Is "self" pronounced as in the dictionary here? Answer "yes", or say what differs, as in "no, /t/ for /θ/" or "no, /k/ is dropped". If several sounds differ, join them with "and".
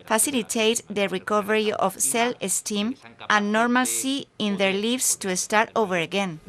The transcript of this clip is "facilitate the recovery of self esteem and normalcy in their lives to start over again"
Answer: no, /f/ is dropped